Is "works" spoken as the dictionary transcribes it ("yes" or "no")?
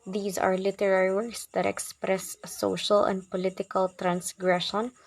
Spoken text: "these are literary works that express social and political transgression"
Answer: no